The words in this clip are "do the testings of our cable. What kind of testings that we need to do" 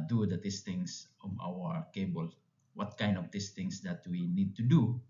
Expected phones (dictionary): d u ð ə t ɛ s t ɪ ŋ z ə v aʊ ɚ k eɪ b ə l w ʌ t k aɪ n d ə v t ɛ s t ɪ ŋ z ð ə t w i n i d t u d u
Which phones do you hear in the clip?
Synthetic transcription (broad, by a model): d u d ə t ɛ s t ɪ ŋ s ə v aʊ ɚ k eɪ b ə l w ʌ t k aɪ n d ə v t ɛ s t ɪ ŋ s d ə t w i n i d t u d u